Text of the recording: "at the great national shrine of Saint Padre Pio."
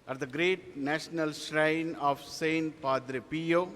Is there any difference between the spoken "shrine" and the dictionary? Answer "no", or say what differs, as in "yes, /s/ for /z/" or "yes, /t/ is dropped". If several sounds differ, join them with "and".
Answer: no